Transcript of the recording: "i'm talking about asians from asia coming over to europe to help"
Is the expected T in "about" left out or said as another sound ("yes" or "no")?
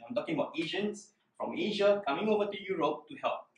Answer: no